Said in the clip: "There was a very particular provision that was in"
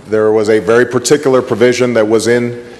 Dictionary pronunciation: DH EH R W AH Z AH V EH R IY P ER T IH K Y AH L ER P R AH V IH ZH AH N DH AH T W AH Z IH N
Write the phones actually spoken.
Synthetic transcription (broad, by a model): DH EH R W AH Z AH V EH R IY P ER T IH K Y L ER P R AH V IH ZH AH N DH AH T W AH Z IH N